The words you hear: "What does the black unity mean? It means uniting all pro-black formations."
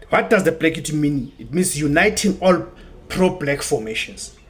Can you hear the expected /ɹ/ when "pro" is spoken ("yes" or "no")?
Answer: yes